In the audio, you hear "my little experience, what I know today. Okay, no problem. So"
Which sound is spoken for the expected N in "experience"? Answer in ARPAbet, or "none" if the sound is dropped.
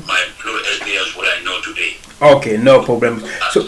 none